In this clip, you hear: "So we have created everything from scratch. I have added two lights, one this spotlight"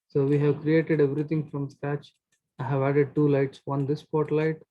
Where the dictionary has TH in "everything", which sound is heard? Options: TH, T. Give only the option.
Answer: T